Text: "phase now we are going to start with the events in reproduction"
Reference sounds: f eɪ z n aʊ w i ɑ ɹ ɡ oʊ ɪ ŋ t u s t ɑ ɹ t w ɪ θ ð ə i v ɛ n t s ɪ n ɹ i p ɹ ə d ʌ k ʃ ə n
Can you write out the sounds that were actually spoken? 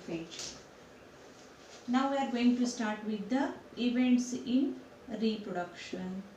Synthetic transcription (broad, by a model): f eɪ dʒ n aʊ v i ɑ ɹ ɡ oʊ ɪ ŋ t u s t ɑ ɹ t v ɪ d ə i v ɛ n t s ɪ n ɹ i p ɹ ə d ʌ k ʃ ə n